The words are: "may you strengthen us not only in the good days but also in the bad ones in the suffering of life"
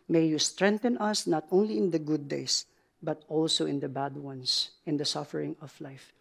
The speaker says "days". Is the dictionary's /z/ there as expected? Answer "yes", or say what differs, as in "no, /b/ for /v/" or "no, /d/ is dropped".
no, /s/ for /z/